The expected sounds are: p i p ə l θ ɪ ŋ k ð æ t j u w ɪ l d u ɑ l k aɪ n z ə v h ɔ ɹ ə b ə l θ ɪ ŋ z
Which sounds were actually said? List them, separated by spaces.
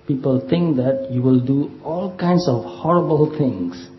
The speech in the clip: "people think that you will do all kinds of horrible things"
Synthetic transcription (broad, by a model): p i p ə l t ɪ ŋ k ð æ t j u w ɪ l d u ɑ l k aɪ n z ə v h ɔ ɹ ə b ə l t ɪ ŋ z